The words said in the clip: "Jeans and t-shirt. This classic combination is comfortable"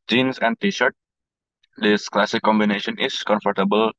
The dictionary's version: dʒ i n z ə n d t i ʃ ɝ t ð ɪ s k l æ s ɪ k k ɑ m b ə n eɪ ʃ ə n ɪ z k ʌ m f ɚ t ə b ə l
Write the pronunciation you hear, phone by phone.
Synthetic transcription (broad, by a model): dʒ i n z ə n d t i ʃ ɝ t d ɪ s k l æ s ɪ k k ɑ m b ə n eɪ ʃ ə n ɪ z k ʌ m f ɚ t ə b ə l